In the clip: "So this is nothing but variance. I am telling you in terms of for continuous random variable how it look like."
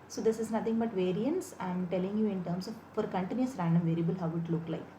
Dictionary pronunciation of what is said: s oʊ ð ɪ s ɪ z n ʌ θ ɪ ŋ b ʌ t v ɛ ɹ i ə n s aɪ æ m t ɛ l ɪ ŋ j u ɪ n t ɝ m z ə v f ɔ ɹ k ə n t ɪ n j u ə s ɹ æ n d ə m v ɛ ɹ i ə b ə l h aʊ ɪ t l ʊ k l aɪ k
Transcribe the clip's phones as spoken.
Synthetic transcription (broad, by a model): s oʊ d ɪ s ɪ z n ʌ t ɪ ŋ b ʌ t v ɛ ɹ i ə n s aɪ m t ɛ l ɪ ŋ j u ɪ n t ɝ m s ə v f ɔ ɹ k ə n t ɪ n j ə s ɹ æ n d ə m v ɛ ɹ i ə b ə l h aʊ ɪ t l ʊ k l aɪ k